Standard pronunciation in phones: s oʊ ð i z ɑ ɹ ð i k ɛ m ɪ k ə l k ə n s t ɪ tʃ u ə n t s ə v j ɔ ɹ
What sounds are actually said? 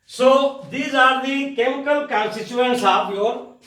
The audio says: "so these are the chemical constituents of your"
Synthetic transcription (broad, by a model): s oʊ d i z ɑ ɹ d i k ɛ m ɪ k ə l k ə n s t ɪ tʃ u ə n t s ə p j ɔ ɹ